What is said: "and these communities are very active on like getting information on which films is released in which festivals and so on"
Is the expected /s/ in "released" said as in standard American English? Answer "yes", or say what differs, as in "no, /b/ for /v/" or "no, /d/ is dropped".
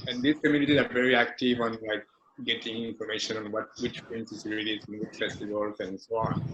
no, /s/ is dropped